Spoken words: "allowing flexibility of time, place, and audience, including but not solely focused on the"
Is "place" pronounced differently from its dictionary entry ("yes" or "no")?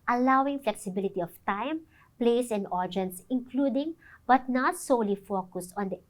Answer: no